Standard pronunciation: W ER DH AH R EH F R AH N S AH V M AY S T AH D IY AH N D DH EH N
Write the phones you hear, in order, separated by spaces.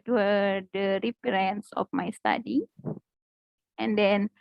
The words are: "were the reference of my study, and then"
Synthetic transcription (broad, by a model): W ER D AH R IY P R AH N S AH F M AY S T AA D IY AH N D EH N